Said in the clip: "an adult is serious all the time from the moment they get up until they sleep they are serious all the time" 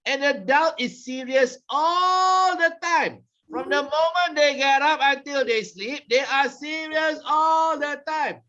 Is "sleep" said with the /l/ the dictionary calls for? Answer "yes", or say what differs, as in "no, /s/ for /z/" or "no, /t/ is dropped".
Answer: yes